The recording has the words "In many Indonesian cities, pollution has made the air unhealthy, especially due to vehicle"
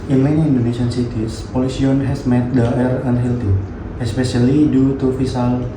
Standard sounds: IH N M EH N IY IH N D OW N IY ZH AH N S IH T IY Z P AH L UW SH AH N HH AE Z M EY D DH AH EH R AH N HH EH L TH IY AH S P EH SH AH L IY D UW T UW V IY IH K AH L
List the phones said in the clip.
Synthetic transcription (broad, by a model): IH N M EH N IY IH N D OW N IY SH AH N S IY T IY S P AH L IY S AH N HH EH S M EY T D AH EH R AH N HH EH L T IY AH S P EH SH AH L IY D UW T UW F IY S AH L